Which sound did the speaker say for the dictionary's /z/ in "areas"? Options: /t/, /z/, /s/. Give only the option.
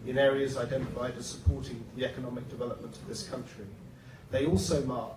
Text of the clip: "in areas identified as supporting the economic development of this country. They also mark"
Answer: /z/